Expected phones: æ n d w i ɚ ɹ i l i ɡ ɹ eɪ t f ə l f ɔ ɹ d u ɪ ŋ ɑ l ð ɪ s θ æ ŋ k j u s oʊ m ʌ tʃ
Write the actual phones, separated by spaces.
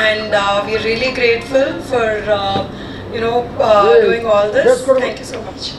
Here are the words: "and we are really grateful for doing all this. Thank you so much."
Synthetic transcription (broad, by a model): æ n d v i ɚ ɹ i l i ɡ ɹ eɪ t f ə l f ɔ ɹ d u ɪ ŋ ɑ l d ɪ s t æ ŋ k j u s oʊ m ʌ tʃ